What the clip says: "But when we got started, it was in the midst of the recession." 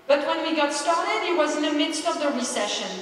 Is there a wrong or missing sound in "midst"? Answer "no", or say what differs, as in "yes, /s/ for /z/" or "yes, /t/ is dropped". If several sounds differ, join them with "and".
no